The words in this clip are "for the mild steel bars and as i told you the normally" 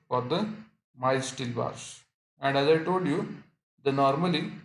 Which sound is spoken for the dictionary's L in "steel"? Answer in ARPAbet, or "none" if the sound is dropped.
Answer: L